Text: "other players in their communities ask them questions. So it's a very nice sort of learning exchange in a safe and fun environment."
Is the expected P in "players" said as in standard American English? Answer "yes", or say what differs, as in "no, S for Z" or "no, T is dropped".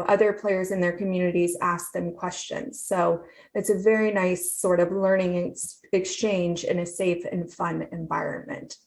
yes